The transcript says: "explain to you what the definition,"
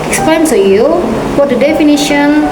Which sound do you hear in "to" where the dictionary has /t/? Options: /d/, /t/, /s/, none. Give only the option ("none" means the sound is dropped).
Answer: /s/